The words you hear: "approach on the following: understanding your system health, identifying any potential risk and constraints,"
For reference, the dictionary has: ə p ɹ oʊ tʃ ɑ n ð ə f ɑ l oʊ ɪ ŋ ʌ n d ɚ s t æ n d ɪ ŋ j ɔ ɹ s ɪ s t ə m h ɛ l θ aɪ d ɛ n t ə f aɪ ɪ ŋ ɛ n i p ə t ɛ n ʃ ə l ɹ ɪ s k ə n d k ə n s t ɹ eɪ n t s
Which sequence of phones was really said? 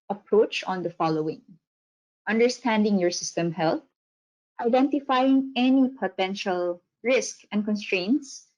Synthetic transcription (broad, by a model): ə p ɹ oʊ tʃ ɑ n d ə f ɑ l oʊ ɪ ŋ ʌ n d ɚ s t æ n d ɪ ŋ j ɔ ɹ s ɪ s t ə m h ɛ l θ aɪ d ɛ n t ə f aɪ ɪ ŋ ɛ n i p ə t ɛ n ʃ ə l ɹ ɪ s k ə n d k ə n s t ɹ eɪ n t s